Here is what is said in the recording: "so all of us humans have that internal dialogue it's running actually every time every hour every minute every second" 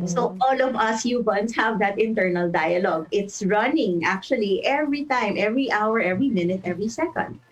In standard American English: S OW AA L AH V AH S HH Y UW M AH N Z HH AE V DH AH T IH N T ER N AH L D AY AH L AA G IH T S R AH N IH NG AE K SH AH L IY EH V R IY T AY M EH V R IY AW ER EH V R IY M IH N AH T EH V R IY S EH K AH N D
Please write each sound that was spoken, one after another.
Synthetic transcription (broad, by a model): S OW AA L AH V AH S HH Y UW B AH N S HH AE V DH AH T IH N T ER N AH L D AY AH L AA G IH T S R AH N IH NG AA K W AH L IY EH V R IY T AY M EH V R IY AW ER EH V R IY M IH N AH T EH V R IY S EH K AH N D